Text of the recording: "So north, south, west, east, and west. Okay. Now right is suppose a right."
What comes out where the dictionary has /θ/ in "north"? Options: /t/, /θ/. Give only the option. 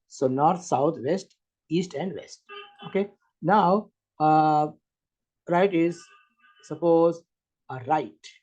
/t/